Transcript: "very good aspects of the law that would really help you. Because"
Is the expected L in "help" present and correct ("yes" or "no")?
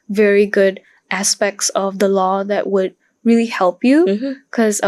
yes